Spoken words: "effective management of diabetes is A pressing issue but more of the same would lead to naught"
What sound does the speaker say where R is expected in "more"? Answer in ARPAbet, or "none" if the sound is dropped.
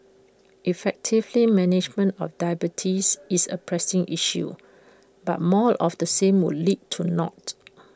L